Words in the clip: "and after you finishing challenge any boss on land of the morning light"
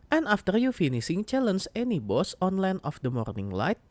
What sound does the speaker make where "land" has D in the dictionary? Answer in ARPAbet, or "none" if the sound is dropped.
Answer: none